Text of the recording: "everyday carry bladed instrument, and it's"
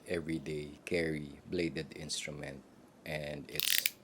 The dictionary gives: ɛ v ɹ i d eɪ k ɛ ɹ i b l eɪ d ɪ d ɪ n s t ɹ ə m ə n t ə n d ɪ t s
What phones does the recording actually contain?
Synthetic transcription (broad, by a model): ɛ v ɹ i d eɪ k ɛ ɹ i b l eɪ d ɪ d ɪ n s t ɹ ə m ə n t ə n d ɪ t s